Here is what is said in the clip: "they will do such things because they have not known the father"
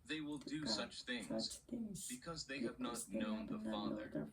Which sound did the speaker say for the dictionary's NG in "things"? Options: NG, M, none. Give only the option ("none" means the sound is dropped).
NG